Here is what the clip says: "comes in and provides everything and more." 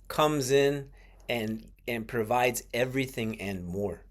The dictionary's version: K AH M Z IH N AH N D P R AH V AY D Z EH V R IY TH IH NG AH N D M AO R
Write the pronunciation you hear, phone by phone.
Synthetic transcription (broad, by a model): K AH M Z IH N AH N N P R AH V AY D Z EH V R IY TH IH NG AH N M AO R